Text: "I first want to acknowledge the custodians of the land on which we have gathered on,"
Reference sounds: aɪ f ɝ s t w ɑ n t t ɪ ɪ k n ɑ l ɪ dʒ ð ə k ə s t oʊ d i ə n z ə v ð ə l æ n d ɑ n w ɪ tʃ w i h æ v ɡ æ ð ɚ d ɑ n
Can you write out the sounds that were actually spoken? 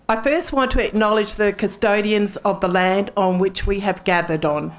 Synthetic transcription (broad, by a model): aɪ f ɝ s t w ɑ n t t ɪ ɪ k n ɑ l ɪ dʒ ð ə k ə s t oʊ d i ə n z ə v ð ə l æ n d n w ɪ tʃ w i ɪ v ɡ æ ð ɚ d n